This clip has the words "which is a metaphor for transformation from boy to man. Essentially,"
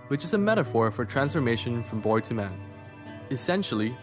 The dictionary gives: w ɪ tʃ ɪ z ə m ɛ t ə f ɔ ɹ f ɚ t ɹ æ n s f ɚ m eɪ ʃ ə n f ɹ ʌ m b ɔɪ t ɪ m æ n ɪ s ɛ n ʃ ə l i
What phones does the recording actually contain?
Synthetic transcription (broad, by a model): w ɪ tʃ ɪ z ə m ɛ t ə f ɔ ɹ f ɚ t ɹ æ n s f ɚ m eɪ ʃ ə n f ɹ ʌ m b ɔɪ t ɪ m æ n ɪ s ɛ n ʃ l i